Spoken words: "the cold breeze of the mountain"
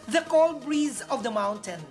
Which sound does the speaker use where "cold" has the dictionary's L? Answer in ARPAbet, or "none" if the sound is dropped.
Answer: L